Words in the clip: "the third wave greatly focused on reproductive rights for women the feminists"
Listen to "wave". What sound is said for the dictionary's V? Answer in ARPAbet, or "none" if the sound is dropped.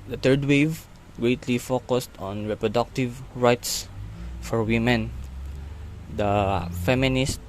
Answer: V